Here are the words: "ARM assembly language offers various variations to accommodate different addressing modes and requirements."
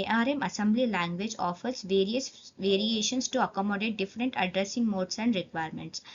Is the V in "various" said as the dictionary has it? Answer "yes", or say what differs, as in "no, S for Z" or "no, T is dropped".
yes